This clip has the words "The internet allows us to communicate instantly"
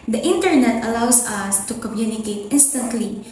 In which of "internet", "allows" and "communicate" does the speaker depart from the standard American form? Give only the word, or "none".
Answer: allows